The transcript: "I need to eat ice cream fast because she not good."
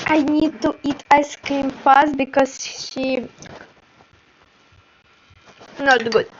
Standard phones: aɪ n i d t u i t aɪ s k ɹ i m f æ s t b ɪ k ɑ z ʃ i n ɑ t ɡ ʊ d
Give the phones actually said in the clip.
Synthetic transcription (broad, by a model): aɪ n i d t u i t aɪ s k i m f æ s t b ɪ k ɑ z ʃ i n ɑ t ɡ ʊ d